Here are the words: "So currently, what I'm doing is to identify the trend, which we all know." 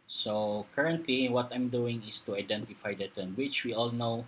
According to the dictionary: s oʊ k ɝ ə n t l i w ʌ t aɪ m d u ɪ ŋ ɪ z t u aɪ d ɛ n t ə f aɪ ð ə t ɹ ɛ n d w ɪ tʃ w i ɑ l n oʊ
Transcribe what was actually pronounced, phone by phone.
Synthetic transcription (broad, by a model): s oʊ k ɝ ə n t l i w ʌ t aɪ m d u ɪ ŋ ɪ s t u aɪ d ɛ n t ə f aɪ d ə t ɛ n w ɪ tʃ w i ɑ l n oʊ